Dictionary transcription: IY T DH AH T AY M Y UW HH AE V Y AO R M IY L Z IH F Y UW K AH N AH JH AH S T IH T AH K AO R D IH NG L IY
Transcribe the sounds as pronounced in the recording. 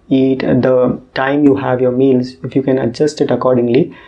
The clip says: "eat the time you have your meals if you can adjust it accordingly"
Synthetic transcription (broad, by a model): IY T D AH T AY M Y UW HH AE V Y AO R M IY L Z IH F Y UW K AH N AH JH AH S T IH T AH K AO R D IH NG L IY